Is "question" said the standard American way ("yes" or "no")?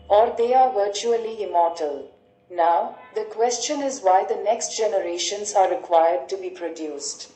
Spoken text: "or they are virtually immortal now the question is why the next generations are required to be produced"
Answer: yes